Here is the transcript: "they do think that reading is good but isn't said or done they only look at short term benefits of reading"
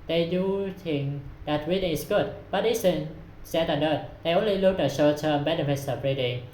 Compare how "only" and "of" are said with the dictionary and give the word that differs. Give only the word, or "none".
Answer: of